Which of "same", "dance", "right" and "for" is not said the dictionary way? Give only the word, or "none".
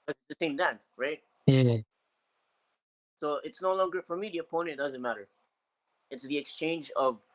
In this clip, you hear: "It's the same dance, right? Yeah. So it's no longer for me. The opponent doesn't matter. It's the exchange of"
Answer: none